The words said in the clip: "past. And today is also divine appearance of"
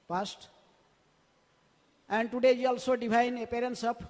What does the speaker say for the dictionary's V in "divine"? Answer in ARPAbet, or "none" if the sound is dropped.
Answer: P